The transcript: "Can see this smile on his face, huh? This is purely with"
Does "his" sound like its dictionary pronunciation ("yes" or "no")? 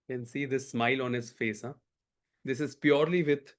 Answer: no